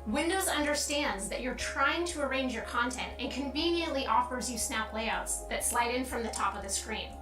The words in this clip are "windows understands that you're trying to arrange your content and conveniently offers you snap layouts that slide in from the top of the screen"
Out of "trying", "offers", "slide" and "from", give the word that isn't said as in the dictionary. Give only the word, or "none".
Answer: none